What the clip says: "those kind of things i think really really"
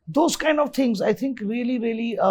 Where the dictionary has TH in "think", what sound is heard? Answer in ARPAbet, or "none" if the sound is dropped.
T